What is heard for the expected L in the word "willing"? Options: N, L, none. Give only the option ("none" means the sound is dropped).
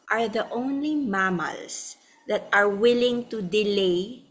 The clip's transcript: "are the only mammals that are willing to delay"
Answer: L